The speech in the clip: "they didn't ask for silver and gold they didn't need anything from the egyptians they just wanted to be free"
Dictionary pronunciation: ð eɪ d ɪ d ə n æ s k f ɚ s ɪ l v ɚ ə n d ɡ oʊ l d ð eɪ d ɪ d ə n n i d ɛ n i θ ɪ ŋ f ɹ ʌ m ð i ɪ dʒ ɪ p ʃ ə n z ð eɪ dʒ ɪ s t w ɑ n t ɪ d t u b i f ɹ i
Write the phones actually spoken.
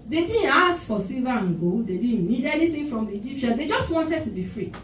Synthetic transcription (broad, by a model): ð eɪ d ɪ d n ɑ s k f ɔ s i v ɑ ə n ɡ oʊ d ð eɪ d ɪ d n n i d ɛ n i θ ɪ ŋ f ɹ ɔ m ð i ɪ dʒ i p ʃ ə n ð eɪ dʒ ɪ s t w ɑ n t ɪ d t u b i f ɹ i